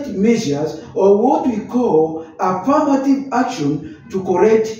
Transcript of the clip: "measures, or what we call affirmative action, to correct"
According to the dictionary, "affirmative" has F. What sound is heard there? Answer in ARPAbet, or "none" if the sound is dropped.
P